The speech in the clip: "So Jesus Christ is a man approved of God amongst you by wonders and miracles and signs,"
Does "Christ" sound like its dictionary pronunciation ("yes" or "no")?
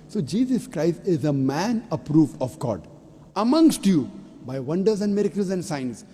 yes